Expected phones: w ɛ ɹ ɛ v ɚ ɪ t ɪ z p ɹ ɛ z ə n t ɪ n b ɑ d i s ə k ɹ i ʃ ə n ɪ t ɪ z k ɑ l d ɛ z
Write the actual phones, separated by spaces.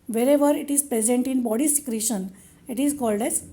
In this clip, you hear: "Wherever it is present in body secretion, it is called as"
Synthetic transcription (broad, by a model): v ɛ ɹ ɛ v ɚ ɪ t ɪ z p ɹ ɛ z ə n t ɪ n b ɑ d i s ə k ɹ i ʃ ə n ɪ t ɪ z k ɑ l d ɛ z